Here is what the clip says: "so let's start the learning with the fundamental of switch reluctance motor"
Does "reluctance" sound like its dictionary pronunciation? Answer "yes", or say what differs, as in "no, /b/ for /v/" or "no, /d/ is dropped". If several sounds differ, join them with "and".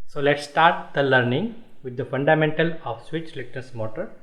no, /n/ is dropped